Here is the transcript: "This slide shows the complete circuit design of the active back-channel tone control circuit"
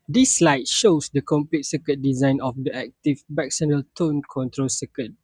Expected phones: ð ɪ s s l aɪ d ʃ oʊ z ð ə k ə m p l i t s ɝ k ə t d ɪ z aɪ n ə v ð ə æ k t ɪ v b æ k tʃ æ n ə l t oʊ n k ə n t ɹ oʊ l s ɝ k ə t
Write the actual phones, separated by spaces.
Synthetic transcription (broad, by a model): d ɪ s s l aɪ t ʃ oʊ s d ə k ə m p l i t s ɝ k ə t d ɪ z aɪ n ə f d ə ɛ k t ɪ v b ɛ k s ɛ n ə l t oʊ n k ə n t ɹ oʊ l s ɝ k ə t